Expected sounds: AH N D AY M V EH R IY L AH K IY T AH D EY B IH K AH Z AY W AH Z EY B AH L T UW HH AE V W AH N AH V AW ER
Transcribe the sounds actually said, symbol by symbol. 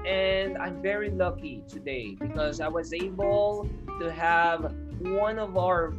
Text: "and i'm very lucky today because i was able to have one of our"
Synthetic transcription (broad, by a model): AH N D AY M V EH R IY L AH K IY T AH D EY B IH K AH Z AY W AH Z EY B AH L T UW HH AE V W AH N AH V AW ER